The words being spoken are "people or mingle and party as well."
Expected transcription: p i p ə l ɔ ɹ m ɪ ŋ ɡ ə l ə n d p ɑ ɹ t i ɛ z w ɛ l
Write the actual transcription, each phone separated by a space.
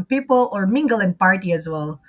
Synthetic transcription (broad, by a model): p i p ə l ɔ ɹ m ɪ ŋ ɡ ə l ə n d p ɑ ɹ t i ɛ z w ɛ l